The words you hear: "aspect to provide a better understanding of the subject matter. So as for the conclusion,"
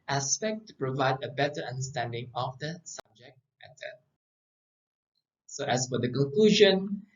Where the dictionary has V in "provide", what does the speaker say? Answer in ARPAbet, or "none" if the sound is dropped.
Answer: V